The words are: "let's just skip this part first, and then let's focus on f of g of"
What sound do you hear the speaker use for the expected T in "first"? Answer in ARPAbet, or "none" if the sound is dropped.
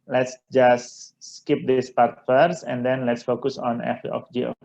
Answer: none